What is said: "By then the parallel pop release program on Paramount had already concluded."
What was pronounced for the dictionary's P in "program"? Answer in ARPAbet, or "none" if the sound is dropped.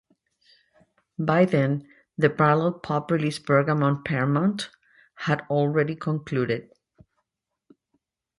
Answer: B